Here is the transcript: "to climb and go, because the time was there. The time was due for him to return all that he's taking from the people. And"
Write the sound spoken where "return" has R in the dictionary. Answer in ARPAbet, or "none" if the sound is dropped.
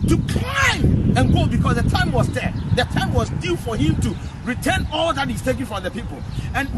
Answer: R